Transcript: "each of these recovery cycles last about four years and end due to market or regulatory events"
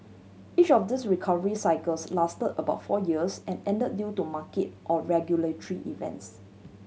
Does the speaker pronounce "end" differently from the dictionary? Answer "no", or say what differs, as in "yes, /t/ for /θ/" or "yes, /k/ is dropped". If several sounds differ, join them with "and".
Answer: yes, /n/ is dropped